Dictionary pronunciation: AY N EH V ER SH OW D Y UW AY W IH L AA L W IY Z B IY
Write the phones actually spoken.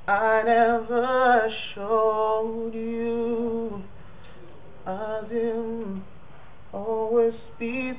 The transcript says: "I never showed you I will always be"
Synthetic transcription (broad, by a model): AY N EH V ER SH OW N Y UW AY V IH N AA L W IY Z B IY